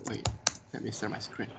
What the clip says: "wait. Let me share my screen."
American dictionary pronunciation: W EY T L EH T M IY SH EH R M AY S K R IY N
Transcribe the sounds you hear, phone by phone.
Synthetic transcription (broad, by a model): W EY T L EH T M IY S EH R M AY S K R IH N